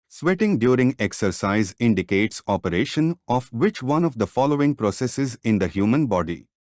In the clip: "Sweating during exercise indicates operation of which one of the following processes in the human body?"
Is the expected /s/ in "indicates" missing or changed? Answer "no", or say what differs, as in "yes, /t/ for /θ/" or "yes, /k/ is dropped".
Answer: no